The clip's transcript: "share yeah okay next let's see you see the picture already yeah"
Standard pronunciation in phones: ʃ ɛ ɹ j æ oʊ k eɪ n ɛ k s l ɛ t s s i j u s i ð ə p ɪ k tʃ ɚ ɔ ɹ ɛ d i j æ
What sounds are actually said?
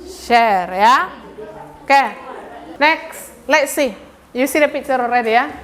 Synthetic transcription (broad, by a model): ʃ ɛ ɹ j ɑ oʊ k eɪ n ɛ k s l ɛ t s s i j u s i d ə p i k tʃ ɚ ɔ ɹ ɛ d i j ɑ